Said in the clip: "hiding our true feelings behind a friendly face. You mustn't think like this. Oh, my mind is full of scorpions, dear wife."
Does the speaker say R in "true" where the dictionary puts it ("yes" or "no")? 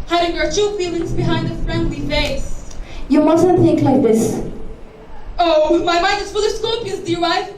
no